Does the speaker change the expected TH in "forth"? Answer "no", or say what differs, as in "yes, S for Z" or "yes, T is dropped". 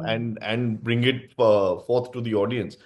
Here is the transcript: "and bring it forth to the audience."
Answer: yes, T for TH